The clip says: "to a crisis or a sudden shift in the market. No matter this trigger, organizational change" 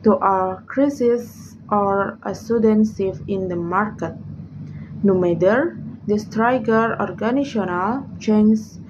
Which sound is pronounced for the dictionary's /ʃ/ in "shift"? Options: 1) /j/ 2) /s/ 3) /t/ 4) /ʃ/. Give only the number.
2